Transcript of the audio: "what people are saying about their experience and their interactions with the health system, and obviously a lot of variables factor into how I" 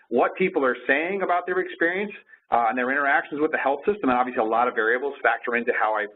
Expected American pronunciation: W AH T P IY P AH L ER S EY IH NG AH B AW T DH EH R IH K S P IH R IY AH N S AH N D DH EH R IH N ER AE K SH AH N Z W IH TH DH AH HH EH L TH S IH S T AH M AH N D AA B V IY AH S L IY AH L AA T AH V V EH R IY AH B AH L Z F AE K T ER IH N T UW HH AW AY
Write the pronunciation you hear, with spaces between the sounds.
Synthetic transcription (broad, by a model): W AH T P IY P L ER S EY IH NG AH B AW T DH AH R IH K S P IH R IY AH N S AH N DH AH R IH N ER AE K SH N Z W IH DH AH HH EH L TH S IH S T AH M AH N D AA B V IY AH S L IY AH L AA T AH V V EH R IY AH B L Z F AE K T ER IH N T UW HH AW AY